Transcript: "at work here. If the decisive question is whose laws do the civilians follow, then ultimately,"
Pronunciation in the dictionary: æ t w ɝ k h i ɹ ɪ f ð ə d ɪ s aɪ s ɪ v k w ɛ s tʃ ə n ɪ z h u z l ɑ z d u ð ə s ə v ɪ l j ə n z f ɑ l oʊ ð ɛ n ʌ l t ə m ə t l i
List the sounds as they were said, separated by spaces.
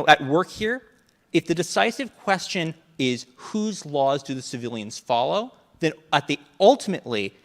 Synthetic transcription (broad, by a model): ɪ t w ɝ k h i ɹ ɪ f ð ə d ɪ s aɪ s ɪ v k w ɛ s tʃ ə n ɪ z h u z l ɑ z d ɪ ð ə s ə v ɪ l j ə n z f ɑ l oʊ ð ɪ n ʌ l t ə m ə t l i